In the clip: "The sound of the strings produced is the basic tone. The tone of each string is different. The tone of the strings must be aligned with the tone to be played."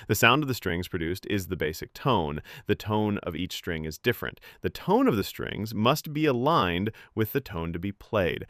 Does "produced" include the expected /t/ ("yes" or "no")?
yes